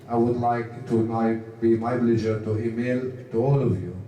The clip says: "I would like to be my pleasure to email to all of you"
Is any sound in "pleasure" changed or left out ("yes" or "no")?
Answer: yes